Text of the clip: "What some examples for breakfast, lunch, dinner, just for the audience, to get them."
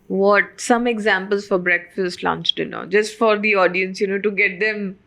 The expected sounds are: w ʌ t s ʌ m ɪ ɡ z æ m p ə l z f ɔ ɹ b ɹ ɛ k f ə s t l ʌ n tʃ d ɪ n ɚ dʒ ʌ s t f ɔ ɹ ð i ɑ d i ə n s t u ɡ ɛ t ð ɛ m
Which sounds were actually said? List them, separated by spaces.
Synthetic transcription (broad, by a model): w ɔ t s ʌ m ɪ ɡ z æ m p ə l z f ɔ ɹ b ɹ ɛ k f ə s t l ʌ n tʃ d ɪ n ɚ dʒ ʌ s t f ɔ ɹ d i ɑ d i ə n s t u ɡ ɛ t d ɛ m